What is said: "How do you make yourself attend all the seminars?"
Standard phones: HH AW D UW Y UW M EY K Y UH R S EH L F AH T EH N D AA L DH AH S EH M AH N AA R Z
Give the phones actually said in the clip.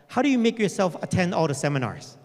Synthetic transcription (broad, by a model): HH AW D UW Y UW M EY K Y UH R S EH L F AH T EH N D AA L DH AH S EH M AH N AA R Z